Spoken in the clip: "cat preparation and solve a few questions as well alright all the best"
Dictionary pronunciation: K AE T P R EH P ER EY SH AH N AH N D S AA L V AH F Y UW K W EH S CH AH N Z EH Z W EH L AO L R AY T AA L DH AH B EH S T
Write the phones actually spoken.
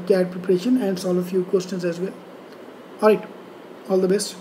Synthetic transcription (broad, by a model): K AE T P R EH P ER EY SH AH N AH N D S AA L AH F Y UW K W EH S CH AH N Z EH Z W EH L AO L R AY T AA L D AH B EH S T